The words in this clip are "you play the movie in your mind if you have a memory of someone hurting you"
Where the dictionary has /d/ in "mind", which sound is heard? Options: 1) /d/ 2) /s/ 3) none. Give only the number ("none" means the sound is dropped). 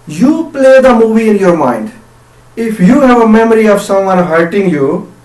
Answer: 1